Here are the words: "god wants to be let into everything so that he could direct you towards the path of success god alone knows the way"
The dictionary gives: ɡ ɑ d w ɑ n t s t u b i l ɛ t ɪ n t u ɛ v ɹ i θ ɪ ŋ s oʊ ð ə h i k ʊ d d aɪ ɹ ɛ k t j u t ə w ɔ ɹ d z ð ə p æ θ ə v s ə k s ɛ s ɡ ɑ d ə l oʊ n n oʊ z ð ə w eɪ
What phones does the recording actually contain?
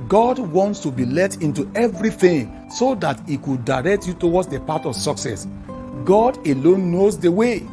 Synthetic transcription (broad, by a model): ɡ ɑ d w ɑ n t s t u b i l ɛ t ɪ n t u ɛ v ɹ i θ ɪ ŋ s oʊ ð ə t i k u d d aɪ ɹ ɛ k t j u t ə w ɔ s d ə p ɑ t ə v s ə k s ɛ s ɡ ɑ d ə l oʊ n n oʊ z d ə w eɪ